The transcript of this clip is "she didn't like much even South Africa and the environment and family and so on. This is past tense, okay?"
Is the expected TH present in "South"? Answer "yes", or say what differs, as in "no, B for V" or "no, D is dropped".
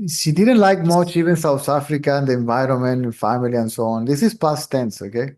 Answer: no, T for TH